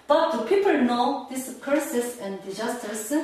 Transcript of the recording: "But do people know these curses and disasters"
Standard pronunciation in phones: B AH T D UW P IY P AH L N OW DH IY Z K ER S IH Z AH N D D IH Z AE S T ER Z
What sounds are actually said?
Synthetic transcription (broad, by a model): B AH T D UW P IY P AH L N OW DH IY S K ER S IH S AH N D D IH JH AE S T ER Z